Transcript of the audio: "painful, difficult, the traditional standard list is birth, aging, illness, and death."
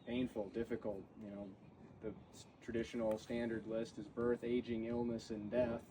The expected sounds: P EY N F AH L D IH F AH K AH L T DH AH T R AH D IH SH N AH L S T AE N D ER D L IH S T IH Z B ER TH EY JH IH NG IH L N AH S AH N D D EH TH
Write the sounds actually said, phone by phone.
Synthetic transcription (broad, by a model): P EY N F L D IH F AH K L T DH AH T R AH D IH SH N L S T AE N D ER D L IH S T IH Z B ER TH EY JH IH NG IH L N AH S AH N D D EH TH